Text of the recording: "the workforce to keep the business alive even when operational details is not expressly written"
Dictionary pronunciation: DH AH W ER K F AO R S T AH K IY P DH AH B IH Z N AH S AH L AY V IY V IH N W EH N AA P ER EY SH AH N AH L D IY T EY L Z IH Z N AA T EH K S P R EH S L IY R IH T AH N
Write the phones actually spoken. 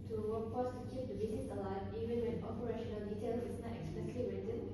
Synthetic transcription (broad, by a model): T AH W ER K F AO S T AH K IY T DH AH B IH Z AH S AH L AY IY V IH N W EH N AA P ER EY SH AH N AH L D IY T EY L IH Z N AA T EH K S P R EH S L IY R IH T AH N